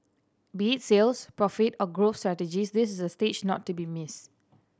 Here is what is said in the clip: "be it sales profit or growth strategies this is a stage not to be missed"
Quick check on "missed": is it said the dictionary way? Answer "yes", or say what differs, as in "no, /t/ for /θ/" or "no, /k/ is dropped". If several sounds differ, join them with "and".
no, /t/ is dropped